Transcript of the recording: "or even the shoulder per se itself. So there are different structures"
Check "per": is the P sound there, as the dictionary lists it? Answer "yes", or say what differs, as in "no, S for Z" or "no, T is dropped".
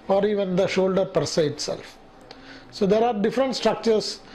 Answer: yes